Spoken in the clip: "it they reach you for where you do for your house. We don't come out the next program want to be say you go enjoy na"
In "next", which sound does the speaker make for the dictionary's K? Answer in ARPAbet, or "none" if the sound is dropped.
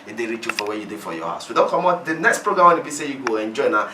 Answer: K